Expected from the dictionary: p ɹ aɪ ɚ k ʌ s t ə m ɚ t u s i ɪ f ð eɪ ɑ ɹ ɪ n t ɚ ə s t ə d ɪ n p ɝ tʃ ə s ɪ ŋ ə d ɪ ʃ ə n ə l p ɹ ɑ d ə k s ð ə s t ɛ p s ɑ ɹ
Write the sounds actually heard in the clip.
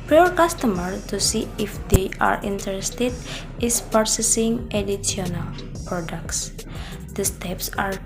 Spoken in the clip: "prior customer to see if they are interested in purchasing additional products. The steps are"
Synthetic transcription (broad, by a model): p ɹ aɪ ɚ k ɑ s t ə m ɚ t u s i ɪ f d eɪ ɑ ɹ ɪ n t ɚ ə s t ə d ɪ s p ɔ s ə s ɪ ŋ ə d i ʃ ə n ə l p ɹ ɑ d ə k s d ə s t ɛ p s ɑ ɹ